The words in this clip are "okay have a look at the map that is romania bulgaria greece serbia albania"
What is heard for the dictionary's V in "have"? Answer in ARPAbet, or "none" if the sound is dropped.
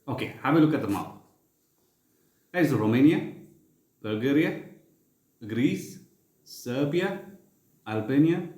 B